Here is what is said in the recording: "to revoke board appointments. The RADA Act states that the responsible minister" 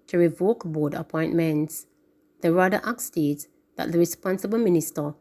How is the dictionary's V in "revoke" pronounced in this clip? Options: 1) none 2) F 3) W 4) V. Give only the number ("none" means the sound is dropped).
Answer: 4